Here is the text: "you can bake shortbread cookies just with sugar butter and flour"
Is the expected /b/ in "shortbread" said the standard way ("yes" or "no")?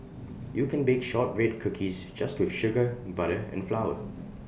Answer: no